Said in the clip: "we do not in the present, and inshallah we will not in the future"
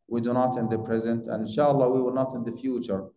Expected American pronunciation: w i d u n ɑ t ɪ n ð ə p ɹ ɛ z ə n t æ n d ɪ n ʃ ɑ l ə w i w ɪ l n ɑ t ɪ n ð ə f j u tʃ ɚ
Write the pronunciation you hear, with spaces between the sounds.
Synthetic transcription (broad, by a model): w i d u n ɑ t ɪ n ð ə p ɹ ɛ z ə n t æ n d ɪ n ʃ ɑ l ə w i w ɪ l n ɑ t ɪ n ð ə f j u tʃ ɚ